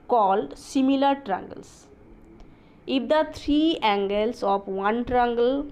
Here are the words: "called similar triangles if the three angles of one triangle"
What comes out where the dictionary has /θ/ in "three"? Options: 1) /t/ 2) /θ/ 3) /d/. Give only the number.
1